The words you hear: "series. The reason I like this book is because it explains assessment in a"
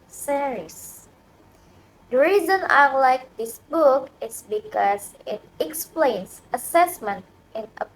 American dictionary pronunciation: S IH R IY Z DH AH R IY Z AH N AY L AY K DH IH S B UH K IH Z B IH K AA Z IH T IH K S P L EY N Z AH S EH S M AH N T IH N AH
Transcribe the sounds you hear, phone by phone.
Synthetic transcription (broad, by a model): S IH R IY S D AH R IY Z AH N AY L AY K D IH S B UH K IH S B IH K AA S IH T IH K S P L EY N S AH S EH S M AH N T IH N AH